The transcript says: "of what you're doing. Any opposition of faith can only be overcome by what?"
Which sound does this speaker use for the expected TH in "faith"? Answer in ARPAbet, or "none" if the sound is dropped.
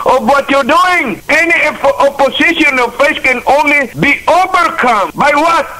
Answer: S